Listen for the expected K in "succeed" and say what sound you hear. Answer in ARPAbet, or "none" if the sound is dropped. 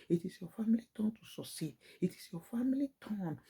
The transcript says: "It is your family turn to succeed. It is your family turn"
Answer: none